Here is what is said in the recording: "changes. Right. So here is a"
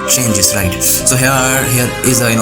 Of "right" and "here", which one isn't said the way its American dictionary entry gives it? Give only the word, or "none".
none